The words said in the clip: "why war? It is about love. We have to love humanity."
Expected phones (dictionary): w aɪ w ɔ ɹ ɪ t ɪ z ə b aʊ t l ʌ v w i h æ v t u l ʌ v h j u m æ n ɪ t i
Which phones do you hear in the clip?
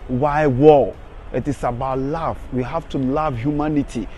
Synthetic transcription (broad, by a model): w aɪ w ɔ l ɪ t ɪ s ə b aʊ t l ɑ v w i h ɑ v t u l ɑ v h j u m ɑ n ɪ t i